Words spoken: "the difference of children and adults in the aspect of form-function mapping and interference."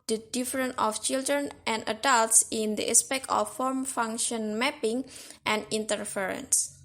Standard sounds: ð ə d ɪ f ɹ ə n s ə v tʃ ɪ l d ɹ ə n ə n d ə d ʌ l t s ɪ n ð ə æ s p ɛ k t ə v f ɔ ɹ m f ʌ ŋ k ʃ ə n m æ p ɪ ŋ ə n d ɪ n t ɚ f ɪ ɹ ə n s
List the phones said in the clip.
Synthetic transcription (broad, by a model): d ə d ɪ f ɹ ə n ə f tʃ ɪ l d ɹ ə n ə n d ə d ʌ l t s ɪ n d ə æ s p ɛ k t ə f ɔ ɹ m f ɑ ŋ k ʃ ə n m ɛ p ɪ ŋ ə n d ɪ n t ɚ f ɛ ɹ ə n s